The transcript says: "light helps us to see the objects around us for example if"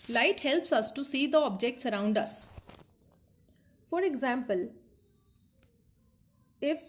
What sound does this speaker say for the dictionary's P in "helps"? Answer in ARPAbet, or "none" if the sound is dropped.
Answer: P